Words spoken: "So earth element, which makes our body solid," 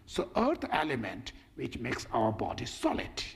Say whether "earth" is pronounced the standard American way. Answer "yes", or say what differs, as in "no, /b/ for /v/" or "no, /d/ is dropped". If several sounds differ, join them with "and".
no, /t/ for /θ/